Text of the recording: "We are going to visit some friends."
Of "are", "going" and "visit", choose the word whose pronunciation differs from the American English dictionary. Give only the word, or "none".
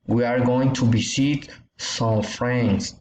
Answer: visit